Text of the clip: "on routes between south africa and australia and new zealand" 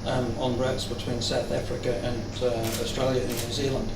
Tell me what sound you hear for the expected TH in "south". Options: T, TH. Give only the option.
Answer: TH